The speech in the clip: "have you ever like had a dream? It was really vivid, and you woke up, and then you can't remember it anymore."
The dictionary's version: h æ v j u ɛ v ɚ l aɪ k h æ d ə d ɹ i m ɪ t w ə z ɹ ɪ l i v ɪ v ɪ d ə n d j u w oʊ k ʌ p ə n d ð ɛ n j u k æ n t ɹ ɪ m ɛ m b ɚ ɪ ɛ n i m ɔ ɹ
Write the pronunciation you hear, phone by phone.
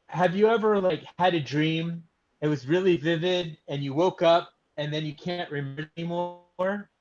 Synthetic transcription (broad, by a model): h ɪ v j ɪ ɛ v ɚ l aɪ k h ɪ d ə d ɹ i m ɪ t w ə z ɹ ɪ l i v ɪ v ɪ d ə n j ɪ w oʊ k ʌ p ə n ð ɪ n j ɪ k æ n t ɹ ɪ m m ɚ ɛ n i m ɔ ɹ